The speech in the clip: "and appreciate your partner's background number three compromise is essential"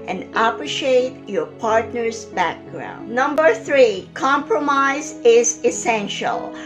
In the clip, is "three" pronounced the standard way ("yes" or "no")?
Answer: yes